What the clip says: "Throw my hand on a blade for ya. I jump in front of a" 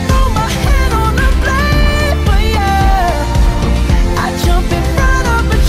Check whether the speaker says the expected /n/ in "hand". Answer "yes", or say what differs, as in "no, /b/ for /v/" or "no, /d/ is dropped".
no, /n/ is dropped